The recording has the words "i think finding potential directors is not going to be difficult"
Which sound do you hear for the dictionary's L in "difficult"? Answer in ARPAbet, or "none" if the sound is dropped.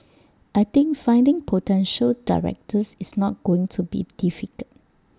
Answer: none